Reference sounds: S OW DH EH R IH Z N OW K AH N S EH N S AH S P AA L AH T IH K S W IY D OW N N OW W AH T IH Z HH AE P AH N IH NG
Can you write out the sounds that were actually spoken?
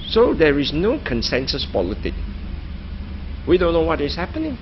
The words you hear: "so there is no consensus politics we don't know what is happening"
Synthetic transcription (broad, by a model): S OW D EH R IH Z N OW K AH N S EH N S AH S P AA L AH T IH K W IY D OW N N OW W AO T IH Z HH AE P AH N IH NG